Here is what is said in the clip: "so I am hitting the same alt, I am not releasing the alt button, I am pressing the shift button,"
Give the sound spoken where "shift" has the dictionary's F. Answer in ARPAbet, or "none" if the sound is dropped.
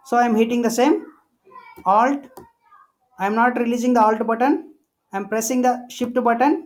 P